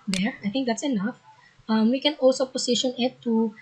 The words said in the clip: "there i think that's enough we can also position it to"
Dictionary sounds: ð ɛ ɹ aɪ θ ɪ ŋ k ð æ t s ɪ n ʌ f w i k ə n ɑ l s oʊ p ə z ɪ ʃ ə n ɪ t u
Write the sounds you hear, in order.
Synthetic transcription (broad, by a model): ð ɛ ɹ aɪ θ ɪ ŋ k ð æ t s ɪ n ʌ f w i k ə n ɑ l s oʊ p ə s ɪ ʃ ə n ɪ t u